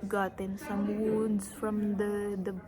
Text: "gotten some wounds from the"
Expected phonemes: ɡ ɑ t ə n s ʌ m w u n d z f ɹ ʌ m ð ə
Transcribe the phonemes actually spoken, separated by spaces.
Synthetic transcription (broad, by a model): ɡ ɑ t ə n s ʌ m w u d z f ɹ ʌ m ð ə